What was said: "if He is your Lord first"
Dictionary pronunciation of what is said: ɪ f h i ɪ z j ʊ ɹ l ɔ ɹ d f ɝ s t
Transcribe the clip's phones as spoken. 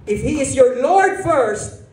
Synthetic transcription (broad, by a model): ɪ f h i ɪ z j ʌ ɹ l ɔ ɹ d f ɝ s t